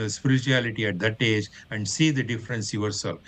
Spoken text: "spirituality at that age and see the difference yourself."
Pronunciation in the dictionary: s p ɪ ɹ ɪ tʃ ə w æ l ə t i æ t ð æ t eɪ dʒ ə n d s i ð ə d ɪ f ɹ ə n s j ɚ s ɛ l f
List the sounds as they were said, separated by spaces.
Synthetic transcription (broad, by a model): s p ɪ ɹ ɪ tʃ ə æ l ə t i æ t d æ t eɪ dʒ ə n d s i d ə d ɪ f ɹ ə n s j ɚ s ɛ l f